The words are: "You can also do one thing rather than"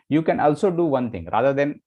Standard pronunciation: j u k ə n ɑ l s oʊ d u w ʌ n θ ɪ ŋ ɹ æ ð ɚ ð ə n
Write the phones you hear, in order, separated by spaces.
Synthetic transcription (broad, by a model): j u k ə n ɑ l s oʊ d u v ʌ n t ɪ ŋ ɹ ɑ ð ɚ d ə n